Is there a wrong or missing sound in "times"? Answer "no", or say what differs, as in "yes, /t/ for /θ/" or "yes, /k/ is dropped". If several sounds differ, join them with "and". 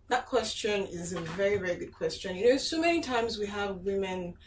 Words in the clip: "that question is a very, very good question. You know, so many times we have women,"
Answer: no